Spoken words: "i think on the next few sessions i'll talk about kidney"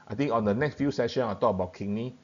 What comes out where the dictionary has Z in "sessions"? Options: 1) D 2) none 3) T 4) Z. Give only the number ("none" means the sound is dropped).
2